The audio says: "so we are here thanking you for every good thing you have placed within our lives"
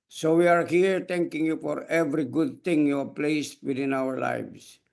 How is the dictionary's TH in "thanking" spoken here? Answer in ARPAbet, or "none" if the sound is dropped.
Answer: T